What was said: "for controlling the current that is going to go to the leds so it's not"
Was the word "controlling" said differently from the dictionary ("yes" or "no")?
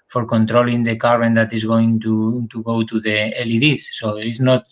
no